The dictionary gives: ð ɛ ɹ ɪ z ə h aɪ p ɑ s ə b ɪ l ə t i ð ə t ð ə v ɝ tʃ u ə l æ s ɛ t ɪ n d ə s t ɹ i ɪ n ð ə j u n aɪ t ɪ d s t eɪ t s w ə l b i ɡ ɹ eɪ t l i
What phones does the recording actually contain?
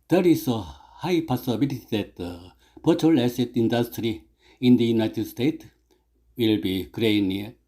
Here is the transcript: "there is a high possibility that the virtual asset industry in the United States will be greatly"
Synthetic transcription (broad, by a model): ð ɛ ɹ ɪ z ə h aɪ p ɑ s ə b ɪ l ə t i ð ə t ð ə b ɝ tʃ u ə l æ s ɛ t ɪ n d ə s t ɹ i ɪ n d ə j u n aɪ t ɪ d s t eɪ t w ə l b i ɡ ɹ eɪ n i